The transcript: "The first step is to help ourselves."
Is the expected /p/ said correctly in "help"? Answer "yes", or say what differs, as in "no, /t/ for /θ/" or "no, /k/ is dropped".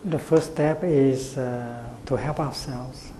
yes